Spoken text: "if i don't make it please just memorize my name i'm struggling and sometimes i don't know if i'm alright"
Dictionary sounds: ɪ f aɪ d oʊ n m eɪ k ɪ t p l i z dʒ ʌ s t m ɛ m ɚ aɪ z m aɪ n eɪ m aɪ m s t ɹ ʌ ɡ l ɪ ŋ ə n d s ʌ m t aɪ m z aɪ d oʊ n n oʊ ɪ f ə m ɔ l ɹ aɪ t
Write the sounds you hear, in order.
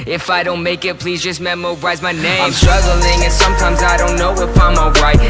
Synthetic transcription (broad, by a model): ɪ f aɪ d oʊ n m eɪ k ɪ t p l i z dʒ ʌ s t m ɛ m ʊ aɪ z m aɪ n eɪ aɪ m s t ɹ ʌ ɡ l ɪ ŋ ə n s ʌ m t aɪ m z aɪ d oʊ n n oʊ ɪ p ə m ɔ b ɹ aɪ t